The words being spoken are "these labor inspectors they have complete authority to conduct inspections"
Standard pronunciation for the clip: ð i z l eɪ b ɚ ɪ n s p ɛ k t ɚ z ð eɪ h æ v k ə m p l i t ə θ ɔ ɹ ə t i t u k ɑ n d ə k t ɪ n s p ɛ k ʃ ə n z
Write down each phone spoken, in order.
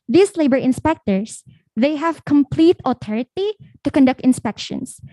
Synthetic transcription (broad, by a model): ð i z l eɪ b ɚ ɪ n s p ɛ k t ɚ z ð eɪ h æ v k ə m p l i t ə t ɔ ɹ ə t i t u k ɑ n d ə k t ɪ n s p ɛ k ʃ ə n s